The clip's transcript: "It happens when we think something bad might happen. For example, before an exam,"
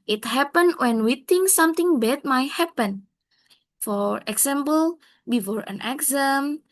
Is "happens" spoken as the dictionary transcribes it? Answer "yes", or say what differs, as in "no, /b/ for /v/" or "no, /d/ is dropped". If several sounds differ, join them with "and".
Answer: no, /z/ is dropped